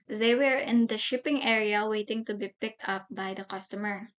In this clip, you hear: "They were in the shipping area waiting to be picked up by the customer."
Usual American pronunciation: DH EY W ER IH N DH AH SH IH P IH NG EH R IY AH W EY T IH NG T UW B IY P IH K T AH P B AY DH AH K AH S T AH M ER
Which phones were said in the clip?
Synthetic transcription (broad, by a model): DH EY W ER IH N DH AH SH IH P IH NG EH R IY AH W EY T IH NG T UW B IY P IH K T AH P B AY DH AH K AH S T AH M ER